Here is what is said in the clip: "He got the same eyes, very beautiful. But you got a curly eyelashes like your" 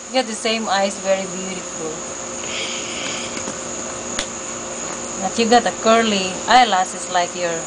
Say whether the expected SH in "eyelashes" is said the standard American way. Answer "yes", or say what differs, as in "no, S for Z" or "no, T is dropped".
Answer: no, S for SH